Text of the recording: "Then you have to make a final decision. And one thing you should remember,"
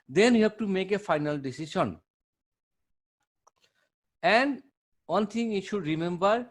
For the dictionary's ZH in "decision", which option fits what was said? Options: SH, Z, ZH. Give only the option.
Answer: SH